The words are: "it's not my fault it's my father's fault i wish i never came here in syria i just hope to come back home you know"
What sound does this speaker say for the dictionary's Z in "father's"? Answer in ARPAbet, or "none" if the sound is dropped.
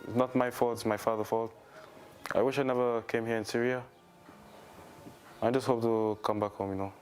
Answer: none